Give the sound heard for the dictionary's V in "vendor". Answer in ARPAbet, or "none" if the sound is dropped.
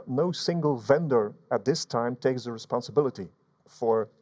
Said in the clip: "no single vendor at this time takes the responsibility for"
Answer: V